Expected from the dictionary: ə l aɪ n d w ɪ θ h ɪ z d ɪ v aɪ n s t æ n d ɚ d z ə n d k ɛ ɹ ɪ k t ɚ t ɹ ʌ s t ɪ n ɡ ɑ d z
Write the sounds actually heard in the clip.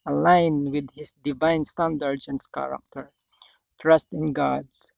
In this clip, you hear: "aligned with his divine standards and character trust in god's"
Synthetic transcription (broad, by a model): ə l aɪ n w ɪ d h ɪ s d ɪ v aɪ n s t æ n d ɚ d s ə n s k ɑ ɹ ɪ k t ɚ t ɹ ʌ s t ɪ n ɡ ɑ d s